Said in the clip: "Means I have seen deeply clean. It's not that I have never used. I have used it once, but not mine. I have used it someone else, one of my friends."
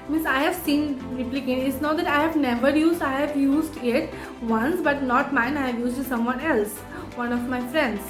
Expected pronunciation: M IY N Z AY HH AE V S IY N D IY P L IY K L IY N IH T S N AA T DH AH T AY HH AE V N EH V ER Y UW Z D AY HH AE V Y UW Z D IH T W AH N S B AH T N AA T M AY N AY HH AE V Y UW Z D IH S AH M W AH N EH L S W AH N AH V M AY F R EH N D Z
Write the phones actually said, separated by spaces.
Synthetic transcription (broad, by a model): M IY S AY HH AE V S IY N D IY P L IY K IY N IH T S N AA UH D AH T AY HH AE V N EH V ER Y UW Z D AY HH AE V Y UW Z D IH T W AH N S B AH T N AA T M AY N AY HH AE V Y UW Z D S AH M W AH N EH L S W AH N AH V M AY F R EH N D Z